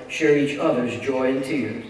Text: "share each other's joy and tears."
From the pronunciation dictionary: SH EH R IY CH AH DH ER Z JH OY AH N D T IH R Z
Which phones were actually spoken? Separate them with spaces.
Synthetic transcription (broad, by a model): SH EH R IY CH AH DH ER Z JH OY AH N T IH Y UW